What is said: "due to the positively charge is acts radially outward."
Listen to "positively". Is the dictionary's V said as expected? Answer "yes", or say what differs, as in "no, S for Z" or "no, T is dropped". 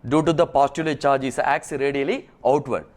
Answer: no, V is dropped